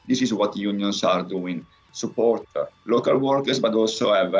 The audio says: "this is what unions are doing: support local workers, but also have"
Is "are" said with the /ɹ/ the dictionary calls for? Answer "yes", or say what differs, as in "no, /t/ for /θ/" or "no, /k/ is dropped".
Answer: yes